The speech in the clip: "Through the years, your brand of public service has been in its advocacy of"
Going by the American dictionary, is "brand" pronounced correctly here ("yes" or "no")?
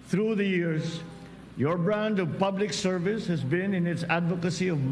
yes